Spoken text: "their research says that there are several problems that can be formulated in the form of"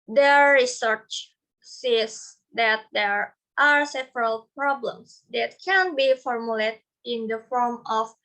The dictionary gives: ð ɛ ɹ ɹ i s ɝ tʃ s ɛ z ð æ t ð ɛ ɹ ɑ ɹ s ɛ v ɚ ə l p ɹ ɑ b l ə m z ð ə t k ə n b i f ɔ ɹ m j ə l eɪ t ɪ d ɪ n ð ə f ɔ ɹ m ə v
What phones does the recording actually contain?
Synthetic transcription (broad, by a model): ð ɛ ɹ ɹ i s ɝ tʃ s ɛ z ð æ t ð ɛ ɹ ɑ ɹ s ɛ v ɚ ə l p ɹ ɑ b l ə m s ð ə t k ə n b i f ɔ ɹ m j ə l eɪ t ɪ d ɪ n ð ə f ɔ ɹ m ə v